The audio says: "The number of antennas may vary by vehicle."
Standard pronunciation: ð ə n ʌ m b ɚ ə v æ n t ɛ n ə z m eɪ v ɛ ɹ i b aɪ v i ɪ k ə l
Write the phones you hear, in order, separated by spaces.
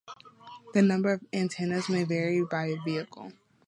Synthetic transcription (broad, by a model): ð ə n ʌ m b ɚ ə v æ n t ɛ n ə z m eɪ v ɛ ɹ i b aɪ v i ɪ k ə l